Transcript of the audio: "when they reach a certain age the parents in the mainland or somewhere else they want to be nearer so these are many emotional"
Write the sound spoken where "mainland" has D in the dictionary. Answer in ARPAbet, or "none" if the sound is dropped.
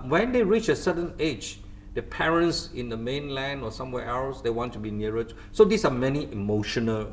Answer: D